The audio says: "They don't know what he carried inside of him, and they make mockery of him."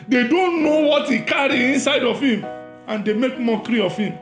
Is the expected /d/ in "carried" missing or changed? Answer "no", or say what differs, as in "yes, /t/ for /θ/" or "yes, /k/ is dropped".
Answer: yes, /d/ is dropped